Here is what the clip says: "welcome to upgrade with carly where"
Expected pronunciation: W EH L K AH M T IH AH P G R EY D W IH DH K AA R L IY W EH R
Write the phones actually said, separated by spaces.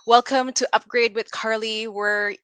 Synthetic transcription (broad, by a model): W EH L K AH M T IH AH P G R EY D W IH DH K AA R L IY W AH R